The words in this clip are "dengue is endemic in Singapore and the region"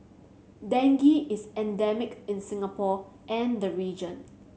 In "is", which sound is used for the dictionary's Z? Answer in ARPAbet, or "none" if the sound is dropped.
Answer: S